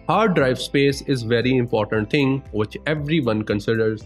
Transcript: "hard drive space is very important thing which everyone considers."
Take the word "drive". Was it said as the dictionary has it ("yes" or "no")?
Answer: yes